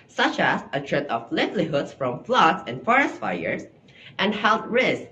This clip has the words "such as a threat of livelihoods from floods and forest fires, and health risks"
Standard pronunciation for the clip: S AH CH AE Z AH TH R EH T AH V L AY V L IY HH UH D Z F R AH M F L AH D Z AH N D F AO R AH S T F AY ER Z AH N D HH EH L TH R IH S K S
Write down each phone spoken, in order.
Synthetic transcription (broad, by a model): S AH CH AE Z AH T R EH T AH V L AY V L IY HH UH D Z F R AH M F L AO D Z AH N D F AO R AH S T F AY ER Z AH N D HH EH L T R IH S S